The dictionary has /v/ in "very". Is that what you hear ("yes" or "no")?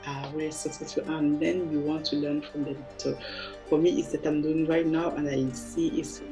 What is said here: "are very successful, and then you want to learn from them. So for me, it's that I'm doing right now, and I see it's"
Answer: no